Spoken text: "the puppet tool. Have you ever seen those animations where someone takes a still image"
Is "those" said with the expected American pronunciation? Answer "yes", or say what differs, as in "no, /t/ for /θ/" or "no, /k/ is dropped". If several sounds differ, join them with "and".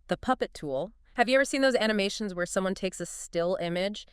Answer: yes